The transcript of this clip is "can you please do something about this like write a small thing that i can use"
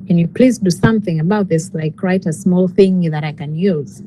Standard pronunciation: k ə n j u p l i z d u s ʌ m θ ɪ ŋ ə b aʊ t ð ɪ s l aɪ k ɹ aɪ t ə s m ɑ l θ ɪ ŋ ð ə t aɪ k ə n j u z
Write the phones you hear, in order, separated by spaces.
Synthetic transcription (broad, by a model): k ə n j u p l i z d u s ʌ m θ ɪ ŋ ə b aʊ t ð ɪ s l aɪ k ɹ aɪ t ə s m ɑ l θ ɪ ŋ ð ə t aɪ k ə n j u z